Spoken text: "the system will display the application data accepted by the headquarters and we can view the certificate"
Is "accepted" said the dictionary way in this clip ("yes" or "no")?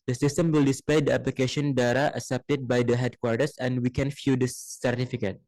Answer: no